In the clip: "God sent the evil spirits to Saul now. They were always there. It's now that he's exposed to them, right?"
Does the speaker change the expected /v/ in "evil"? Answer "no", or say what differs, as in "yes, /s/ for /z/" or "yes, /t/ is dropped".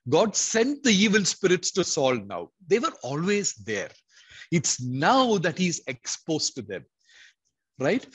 no